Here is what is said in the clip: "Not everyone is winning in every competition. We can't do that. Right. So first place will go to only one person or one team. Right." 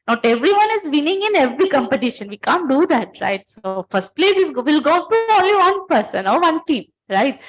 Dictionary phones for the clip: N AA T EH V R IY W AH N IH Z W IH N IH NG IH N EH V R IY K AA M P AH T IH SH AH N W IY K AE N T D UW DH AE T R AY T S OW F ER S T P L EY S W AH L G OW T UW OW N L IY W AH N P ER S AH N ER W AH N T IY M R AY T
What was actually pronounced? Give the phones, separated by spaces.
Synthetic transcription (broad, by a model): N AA T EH V R IY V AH N IH Z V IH N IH NG IH N EH V R IY K AA M P AH T IH SH AH N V IY K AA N T D UW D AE T R AY T S OW F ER S T P L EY S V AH L G OW T UW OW L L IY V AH N P ER S AH N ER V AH N T IY M R AY T